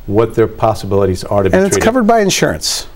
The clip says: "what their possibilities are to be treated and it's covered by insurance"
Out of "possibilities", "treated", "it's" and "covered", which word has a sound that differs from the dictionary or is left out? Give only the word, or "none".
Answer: treated